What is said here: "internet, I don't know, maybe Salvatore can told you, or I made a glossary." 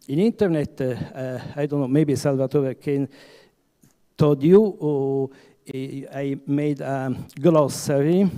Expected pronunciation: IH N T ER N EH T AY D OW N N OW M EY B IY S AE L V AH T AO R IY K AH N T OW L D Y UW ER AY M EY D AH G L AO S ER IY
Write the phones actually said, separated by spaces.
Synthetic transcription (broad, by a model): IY N T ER N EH T AY D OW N N OW M EY B IY S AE L V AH T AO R K AH N T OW D Y UW AY M EY D AH G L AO S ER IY